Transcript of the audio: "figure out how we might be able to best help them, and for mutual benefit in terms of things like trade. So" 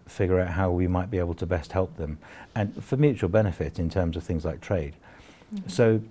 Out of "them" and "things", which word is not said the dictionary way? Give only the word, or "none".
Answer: none